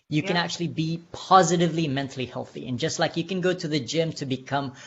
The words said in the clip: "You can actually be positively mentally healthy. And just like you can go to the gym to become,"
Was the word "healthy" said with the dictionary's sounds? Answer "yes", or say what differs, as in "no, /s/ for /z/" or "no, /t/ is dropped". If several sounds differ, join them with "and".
yes